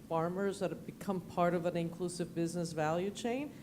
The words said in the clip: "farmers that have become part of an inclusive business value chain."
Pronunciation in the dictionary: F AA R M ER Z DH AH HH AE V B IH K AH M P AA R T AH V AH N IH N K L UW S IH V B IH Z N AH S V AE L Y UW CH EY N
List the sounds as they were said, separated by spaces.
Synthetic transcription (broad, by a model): F AA R M ER Z DH AH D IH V B IH K AH M P AA R T AH V AH N IH N K L UW S IH V B IH Z N AH S V AE L Y UW CH EY N